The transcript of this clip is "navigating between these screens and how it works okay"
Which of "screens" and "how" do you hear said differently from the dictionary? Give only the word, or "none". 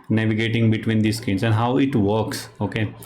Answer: screens